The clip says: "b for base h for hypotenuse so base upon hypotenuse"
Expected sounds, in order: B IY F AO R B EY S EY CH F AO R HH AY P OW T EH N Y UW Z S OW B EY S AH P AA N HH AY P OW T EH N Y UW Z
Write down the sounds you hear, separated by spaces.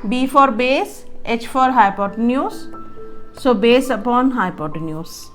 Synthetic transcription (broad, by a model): B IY F AO R B EY S EY CH F AO R HH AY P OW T N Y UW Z S OW B EY S AH P AA N HH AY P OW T N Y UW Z